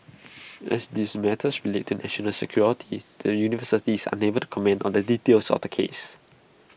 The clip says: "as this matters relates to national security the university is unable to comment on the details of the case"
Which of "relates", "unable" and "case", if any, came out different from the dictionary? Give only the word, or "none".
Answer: relates